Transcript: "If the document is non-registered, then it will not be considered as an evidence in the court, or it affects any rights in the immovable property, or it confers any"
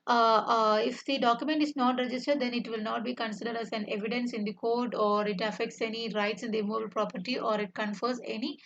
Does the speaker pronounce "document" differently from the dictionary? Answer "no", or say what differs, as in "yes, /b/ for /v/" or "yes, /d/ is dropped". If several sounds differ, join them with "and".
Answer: no